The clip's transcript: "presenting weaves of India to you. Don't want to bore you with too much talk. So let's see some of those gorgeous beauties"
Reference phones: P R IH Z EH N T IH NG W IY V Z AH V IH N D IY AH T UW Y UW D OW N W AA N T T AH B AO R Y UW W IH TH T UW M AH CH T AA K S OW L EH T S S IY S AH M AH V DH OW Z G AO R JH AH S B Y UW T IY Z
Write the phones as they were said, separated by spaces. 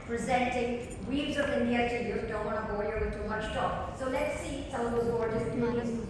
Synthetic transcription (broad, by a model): P R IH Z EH N T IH NG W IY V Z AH P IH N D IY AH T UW Y UW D OW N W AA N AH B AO L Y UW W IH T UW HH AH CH T AA K S OW L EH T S S IY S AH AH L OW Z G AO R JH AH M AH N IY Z